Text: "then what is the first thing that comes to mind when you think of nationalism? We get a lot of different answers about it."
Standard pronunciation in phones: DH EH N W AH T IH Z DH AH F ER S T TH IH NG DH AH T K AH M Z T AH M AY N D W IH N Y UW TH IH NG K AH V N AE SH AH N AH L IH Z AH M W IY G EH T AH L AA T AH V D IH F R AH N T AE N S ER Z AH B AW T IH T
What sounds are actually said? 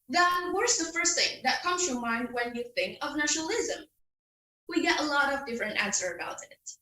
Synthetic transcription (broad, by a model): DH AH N W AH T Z DH AH F ER S T TH IH NG DH AH T K AH M Z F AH M AY N D W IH N Y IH TH IH NG K AH V N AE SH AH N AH L IH Z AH M W IY G EH T AH L AA T AH V D IH F R AH N T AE N S ER AH B AW T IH T